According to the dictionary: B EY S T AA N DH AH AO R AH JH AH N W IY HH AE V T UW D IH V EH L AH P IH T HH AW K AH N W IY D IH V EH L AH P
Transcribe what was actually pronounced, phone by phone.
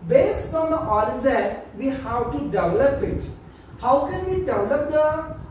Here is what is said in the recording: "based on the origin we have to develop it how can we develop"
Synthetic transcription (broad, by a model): B EY S T AA N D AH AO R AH Z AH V IY HH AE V T UW D IH V EH L AH P IH T HH AW K AH N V IY D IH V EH L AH P